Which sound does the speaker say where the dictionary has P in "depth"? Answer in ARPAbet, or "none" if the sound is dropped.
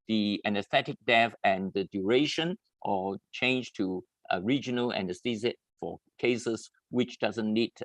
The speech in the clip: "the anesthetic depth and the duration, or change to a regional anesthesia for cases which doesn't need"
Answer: none